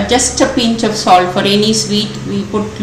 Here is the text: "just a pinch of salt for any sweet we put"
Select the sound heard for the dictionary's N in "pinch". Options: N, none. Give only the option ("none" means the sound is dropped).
N